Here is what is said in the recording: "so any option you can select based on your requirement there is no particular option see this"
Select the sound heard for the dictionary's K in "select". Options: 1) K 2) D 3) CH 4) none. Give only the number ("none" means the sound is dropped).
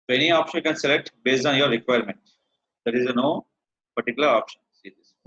1